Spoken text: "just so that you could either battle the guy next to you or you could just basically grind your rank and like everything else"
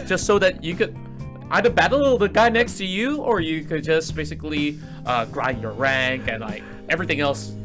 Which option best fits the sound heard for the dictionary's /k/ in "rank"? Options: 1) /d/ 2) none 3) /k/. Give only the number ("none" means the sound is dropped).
3